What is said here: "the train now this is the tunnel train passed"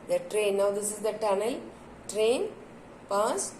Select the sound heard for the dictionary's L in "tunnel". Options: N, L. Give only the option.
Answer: L